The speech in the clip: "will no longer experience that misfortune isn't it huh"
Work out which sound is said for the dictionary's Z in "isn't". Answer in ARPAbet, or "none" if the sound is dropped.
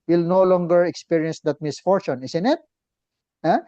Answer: S